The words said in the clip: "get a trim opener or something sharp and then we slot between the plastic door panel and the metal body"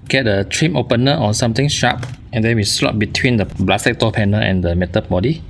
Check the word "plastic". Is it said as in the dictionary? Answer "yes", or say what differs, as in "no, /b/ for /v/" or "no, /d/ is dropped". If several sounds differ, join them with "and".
no, /b/ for /p/